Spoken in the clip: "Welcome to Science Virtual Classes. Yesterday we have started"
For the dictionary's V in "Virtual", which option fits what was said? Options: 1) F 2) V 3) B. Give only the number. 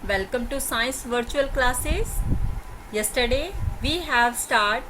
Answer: 2